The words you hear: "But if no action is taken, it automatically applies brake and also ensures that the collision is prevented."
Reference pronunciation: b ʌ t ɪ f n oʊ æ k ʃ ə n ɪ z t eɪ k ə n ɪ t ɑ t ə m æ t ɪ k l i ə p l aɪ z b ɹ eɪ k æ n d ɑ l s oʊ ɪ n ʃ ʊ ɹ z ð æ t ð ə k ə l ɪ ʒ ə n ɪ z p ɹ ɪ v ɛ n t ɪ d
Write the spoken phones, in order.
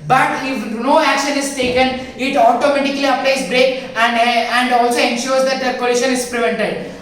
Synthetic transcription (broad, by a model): b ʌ t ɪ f n oʊ æ k ʃ ə n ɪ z t eɪ k ə n ɪ t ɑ t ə m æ t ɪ k l i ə p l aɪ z b ɹ eɪ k æ n d ɑ l s oʊ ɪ n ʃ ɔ ɹ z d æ t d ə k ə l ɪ ʃ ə n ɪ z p ɹ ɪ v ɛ n t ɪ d